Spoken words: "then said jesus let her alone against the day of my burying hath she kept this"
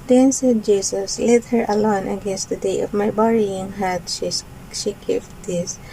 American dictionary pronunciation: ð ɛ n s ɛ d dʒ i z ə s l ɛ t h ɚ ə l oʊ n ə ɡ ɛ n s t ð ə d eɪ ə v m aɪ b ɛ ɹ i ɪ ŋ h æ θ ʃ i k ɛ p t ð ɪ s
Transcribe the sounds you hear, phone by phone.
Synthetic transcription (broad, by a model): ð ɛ n s ɛ d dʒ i s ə s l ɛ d h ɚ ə l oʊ n ə ɡ ɛ n s t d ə d eɪ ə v m aɪ b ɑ ɹ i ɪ ŋ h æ t ʃ i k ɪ f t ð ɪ s